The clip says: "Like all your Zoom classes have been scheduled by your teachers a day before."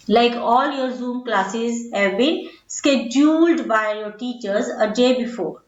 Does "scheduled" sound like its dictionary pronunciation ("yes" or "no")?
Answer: yes